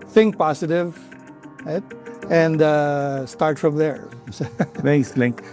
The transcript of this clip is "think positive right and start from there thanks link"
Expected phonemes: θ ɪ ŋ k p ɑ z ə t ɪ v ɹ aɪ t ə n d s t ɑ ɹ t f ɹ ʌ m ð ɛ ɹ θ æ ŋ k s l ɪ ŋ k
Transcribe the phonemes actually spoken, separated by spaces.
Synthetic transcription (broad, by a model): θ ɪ ŋ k p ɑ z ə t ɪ v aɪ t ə n d s t ɑ ɹ t f ɹ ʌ m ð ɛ ɹ s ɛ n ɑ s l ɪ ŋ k